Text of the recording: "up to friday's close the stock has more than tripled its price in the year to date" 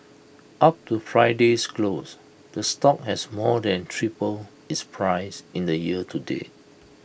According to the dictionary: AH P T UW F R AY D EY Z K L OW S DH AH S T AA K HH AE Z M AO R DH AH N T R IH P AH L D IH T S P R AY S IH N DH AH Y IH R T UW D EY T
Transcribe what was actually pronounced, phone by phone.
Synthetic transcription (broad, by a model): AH P T UW F R AY D EY S K L OW S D AH S T AA K HH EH S M AO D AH N T R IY P AH L IH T S P R AY S IH N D AH Y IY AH T UW D EY